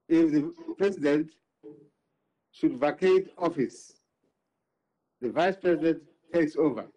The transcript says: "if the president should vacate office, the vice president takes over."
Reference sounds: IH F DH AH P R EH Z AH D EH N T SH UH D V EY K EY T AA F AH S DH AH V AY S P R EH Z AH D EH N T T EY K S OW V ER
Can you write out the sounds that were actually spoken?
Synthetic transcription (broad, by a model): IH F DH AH P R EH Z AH D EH N T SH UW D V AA K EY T AA F AH S DH AH V AY S P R EH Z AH D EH N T T EY K S OW V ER